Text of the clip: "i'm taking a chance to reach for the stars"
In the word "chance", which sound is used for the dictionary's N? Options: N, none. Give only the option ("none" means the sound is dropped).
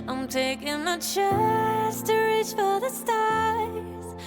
none